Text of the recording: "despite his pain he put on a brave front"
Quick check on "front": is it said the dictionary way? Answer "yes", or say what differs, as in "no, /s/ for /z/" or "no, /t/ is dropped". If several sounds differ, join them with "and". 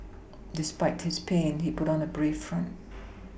yes